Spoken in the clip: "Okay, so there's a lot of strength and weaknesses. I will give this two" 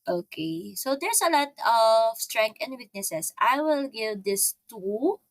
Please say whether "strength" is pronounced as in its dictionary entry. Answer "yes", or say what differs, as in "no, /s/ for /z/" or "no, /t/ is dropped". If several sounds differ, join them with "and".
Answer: no, /t/ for /θ/